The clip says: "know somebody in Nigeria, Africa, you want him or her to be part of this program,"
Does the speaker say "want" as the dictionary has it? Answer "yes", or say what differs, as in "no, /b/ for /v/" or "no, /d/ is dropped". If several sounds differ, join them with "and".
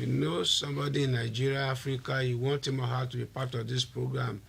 yes